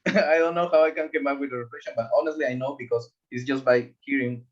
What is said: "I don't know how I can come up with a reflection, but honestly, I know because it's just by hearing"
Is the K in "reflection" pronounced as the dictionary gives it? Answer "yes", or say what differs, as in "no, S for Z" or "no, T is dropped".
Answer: no, K is dropped